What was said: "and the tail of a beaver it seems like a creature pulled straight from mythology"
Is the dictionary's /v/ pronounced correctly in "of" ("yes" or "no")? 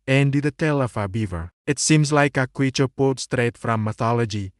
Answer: no